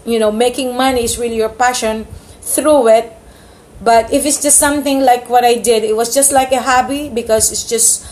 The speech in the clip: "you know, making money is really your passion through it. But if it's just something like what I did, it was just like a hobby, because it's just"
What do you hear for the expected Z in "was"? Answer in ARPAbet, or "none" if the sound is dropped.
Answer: S